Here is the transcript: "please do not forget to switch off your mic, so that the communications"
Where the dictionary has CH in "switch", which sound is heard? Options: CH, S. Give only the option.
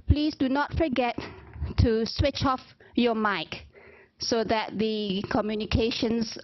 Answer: CH